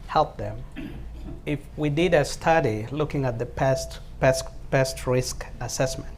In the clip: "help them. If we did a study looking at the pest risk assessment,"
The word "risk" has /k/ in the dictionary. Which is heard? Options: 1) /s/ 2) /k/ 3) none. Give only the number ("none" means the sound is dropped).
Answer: 2